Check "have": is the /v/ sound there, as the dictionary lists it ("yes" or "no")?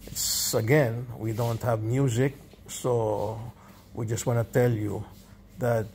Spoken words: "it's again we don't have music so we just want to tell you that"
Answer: yes